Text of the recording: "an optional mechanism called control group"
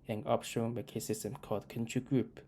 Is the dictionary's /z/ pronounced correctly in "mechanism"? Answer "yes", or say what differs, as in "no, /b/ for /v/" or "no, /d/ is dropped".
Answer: no, /s/ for /z/